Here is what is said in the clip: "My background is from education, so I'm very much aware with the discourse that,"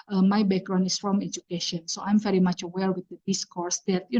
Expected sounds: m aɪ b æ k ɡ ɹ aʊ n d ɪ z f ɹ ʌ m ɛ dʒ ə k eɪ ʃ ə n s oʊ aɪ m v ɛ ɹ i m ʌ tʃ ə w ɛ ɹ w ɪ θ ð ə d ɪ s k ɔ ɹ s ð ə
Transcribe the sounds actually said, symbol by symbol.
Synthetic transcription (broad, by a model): m aɪ b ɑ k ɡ ɹ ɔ n ɪ s f ɹ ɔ m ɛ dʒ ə k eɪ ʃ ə n s oʊ aɪ m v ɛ ɹ i m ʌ tʃ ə w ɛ l w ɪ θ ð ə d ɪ s k ɔ ɹ s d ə